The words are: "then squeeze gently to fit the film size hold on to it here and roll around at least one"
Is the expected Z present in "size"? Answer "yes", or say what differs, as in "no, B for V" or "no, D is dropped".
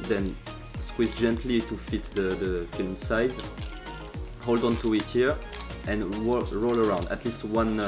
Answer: yes